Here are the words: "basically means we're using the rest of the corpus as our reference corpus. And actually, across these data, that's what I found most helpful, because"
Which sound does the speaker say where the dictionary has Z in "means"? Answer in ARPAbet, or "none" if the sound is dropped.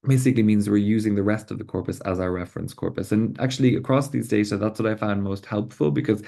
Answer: Z